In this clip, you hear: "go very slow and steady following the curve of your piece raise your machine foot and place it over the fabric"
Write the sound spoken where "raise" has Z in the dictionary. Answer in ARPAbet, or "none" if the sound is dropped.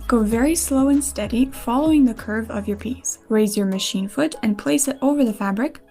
Z